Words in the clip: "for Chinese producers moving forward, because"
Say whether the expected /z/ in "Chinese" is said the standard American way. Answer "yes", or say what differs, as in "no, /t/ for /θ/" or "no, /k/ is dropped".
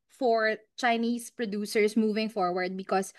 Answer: no, /s/ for /z/